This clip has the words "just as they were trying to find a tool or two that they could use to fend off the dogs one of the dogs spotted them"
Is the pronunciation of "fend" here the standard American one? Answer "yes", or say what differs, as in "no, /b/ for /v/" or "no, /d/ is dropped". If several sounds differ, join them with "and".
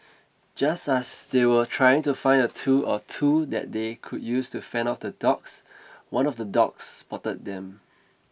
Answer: no, /d/ is dropped